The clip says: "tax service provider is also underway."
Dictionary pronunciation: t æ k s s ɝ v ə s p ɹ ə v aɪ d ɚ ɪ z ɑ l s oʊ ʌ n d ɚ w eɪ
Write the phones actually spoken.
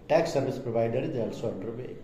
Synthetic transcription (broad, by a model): t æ k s s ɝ b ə s p ɹ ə b aɪ d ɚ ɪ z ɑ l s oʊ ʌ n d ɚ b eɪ